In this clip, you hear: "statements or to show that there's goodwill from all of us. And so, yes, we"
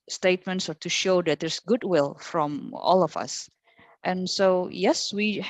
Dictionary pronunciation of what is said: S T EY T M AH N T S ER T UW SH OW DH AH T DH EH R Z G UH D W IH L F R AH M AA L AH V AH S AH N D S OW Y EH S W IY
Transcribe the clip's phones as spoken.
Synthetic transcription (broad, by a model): S T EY T M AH N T S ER T UW SH OW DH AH T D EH R S G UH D W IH L F R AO M AA L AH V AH S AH N S OW Y EH S W IY